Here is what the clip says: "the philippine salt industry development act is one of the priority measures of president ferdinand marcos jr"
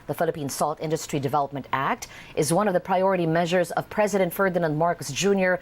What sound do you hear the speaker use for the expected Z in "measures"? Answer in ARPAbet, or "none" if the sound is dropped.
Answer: Z